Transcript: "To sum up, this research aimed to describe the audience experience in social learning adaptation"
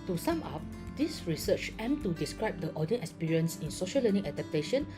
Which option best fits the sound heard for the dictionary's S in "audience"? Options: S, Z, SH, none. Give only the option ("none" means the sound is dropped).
none